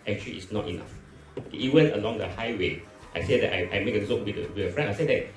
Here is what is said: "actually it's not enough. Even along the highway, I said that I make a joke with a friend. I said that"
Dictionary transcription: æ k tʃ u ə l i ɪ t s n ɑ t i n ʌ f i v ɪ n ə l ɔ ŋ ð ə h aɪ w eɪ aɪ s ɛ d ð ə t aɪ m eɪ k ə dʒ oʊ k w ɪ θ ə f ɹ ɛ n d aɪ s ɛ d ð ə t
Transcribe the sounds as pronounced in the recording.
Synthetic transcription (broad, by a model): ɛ k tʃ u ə l i ɪ t s n ɑ t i n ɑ f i w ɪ n ə l ɔ ŋ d ə h aɪ w eɪ aɪ s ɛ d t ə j aɪ m eɪ k ə z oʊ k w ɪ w ə f ɹ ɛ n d aɪ s ɛ d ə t